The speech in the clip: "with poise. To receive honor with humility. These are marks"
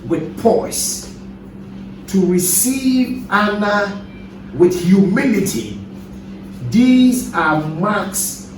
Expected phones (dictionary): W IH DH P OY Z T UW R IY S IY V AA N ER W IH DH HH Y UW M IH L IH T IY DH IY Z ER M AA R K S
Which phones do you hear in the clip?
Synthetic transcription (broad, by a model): W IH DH P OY S T UW R IY S IY V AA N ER W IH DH HH Y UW M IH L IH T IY DH IY Z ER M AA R K S